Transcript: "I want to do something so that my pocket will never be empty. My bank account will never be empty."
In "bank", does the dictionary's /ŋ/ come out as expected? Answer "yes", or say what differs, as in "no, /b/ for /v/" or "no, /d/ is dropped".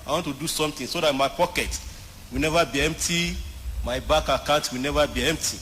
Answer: no, /ŋ/ is dropped